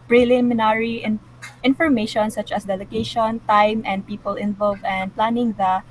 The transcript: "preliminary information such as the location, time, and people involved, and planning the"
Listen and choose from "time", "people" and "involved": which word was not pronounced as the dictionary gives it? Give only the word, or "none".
involved